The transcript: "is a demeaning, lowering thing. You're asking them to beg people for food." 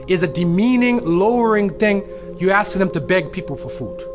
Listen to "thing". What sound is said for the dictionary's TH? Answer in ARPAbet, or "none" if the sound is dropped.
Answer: TH